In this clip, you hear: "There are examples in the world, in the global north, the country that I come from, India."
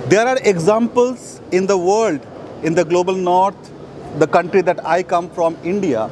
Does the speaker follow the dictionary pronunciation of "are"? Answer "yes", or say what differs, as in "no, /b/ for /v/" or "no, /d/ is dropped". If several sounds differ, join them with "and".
yes